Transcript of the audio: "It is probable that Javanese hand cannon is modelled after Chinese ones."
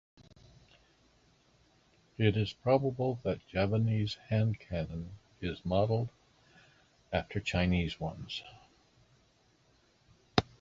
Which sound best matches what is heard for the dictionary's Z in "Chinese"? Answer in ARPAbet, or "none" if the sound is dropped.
Z